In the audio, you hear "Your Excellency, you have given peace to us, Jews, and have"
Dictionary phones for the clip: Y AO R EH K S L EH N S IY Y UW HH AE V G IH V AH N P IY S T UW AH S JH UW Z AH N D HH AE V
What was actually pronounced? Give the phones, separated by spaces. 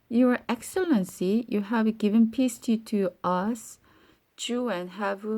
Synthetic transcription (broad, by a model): Y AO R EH K S L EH N S IY Y UW HH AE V G IH V AH N P IY S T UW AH S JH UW AH N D HH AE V